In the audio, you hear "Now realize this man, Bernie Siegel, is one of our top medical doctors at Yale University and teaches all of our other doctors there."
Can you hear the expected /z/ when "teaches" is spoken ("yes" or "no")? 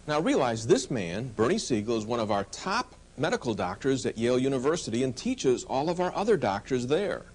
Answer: yes